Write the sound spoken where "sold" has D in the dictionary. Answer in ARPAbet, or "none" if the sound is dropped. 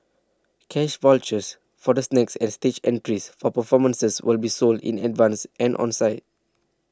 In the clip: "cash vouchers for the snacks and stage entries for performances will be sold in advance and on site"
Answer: D